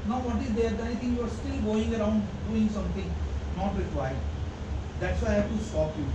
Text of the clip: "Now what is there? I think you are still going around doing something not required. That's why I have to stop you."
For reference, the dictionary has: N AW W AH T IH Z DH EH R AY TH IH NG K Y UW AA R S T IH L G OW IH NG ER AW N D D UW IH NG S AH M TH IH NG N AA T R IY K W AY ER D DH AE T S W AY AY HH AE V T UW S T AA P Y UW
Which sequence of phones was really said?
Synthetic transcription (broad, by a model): N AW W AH T IH Z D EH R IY T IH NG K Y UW AA R S T IH L G OW IH NG ER AW N D D UW IH NG S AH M T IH NG N AA T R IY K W AY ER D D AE T S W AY AY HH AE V T UW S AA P Y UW